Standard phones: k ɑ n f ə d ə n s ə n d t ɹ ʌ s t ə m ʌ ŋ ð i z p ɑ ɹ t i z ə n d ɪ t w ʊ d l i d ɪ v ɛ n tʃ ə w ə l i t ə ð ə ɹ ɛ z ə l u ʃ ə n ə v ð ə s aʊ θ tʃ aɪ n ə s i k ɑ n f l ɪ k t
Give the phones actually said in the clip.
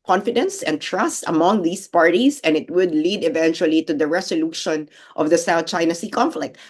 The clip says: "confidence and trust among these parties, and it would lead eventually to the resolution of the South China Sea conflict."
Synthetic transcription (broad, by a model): k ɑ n f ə d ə n s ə n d t ɹ ʌ s t ə m ʌ ŋ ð i s p ɑ ɹ t i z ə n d ɪ t w ʊ d l i d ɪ v ɛ n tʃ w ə l i t ə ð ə ɹ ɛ s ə l u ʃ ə n ə v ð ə s aʊ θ tʃ aɪ n ə s i k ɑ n f l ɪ k t